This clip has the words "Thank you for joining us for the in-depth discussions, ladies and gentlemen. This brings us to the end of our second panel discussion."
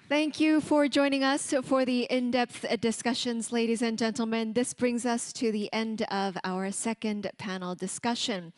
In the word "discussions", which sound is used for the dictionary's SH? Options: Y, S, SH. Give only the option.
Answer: SH